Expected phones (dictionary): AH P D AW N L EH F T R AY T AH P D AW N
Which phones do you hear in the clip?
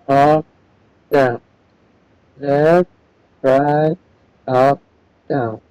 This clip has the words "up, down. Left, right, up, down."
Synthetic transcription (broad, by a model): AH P D AW N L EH T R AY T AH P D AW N